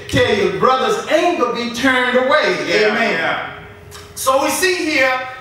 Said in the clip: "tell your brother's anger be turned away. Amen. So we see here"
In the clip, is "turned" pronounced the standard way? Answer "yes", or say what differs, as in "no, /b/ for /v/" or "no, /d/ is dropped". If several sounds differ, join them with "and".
yes